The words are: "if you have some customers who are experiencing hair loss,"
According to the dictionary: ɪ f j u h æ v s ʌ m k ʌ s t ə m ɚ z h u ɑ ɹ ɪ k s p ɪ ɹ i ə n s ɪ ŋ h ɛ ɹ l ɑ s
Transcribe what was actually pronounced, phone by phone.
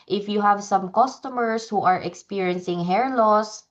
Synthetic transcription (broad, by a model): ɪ f j u h æ v s ʌ m k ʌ s t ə m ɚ s h u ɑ ɹ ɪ k s p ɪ ɹ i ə n s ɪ ŋ h ɛ ɹ l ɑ s